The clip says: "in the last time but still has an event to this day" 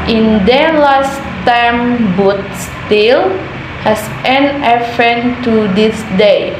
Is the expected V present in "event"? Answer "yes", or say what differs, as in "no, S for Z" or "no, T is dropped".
no, F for V